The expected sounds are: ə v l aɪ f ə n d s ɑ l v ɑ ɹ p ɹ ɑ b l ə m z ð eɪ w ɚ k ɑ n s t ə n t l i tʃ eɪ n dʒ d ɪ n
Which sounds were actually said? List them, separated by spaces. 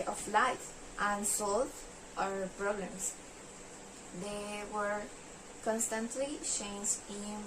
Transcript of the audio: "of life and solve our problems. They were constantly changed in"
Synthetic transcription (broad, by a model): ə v l aɪ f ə n s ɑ l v ɑ ɹ p ɹ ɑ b l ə m s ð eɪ w ɚ k ɑ n s t ə n t l i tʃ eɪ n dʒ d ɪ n